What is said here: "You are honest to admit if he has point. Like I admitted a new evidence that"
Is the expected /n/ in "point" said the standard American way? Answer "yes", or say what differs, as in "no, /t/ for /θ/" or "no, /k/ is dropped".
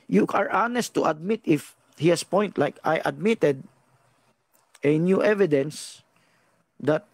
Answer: yes